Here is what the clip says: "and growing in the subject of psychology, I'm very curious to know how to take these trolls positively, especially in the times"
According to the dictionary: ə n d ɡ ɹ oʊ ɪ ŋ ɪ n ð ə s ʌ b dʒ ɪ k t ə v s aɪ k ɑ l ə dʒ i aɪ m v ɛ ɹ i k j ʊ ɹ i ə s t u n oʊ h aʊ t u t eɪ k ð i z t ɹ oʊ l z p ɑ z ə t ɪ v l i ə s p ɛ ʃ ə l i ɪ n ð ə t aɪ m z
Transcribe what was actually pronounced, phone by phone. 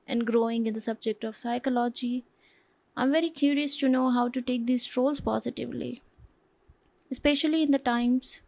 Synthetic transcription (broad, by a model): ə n d ɡ ɹ oʊ ɪ ŋ ɪ n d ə s ʌ b dʒ ɪ k t ə v s aɪ k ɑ l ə dʒ i aɪ m v ɛ ɹ i k j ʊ ɹ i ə s t u n oʊ h aʊ t u t eɪ k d i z t ɹ oʊ l z p ɑ z ə t ɪ v l i ə s p ɛ ʃ ə l i ɪ n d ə t aɪ m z